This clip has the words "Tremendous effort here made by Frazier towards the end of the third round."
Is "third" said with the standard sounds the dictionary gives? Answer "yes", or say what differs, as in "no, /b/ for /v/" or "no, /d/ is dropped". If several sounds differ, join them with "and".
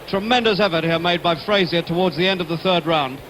yes